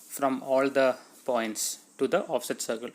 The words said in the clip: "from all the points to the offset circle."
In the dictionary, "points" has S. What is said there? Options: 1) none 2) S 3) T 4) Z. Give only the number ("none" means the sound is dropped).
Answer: 2